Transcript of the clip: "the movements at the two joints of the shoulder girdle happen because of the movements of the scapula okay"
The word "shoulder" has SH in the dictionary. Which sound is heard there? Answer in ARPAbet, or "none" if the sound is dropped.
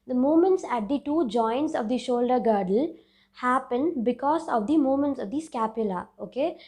SH